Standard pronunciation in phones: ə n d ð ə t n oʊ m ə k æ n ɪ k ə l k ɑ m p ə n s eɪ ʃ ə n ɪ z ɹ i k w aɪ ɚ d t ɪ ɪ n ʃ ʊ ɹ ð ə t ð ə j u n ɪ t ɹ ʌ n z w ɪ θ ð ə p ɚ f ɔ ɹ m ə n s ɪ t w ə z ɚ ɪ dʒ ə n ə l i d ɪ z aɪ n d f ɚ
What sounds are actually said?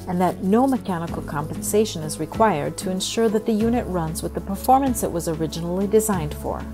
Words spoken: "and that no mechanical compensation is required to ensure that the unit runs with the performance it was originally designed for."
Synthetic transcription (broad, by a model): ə n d ð ə t n oʊ m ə k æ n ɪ k l k ɑ m p ə n s eɪ ʃ ə n ɪ z ɹ i k w aɪ ɚ d t ɪ ɪ n ʃ ʊ ɹ ð ə t ð ə j u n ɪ t ɹ ʌ n z w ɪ ð ə p ɚ f ɔ ɹ m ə n s ɪ t w ə z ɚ ɪ dʒ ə n l i d ɪ z aɪ n d f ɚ